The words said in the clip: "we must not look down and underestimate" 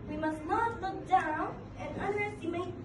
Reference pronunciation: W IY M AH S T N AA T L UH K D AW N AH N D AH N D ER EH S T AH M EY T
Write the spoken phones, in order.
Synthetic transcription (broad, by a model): W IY M AH S T L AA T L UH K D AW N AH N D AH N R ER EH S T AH M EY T